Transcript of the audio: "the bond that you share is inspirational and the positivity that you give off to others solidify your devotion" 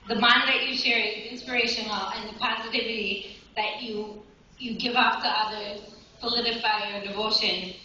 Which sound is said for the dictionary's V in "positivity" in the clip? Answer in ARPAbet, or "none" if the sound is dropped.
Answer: V